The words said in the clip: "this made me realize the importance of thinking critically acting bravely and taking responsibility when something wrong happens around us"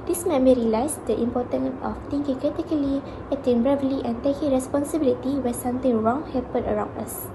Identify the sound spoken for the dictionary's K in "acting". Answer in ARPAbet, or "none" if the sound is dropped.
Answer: none